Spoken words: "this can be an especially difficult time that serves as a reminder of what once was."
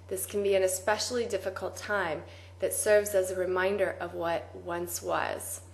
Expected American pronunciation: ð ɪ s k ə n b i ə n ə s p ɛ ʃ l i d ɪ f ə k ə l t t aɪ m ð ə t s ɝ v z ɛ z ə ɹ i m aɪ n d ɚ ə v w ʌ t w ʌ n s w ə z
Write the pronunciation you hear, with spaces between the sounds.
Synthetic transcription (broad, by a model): ð ɪ s k n b i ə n ə s p ɛ ʃ l i d ɪ f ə k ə l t t aɪ m ð ə t s ɝ v z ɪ z ə ɹ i m aɪ n d ɚ ə v w ʌ t w ʌ n s w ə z